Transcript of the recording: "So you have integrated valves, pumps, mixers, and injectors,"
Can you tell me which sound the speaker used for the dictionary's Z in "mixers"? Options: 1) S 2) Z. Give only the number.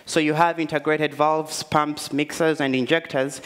2